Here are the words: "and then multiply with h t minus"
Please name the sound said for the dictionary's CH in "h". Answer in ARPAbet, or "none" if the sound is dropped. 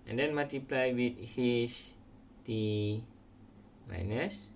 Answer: SH